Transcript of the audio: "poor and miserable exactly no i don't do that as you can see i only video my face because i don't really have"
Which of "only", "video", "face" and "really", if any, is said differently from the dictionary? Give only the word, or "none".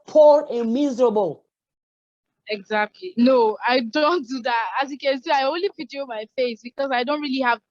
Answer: video